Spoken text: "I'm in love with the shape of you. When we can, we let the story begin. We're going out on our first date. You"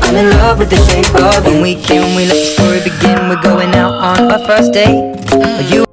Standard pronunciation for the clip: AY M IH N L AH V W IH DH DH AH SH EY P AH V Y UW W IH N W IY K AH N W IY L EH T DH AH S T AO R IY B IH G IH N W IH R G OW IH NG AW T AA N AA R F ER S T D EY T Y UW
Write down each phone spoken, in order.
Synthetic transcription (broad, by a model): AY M IH N L AH V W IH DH DH AH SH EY AH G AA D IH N W IY K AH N W IY L EH T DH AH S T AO R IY B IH G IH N W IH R G OW IH NG AW T N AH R F ER S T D EY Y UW